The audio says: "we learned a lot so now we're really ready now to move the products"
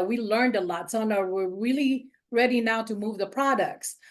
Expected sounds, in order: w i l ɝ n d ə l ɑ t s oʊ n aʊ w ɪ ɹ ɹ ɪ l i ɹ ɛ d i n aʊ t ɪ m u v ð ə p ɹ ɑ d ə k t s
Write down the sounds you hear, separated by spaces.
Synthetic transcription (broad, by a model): w i l ɝ n d ə l ɑ t s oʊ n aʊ w ɪ ɹ ɹ ɪ l i ɹ ɛ d i n aʊ t ɪ m u v ð ə p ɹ ɑ d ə k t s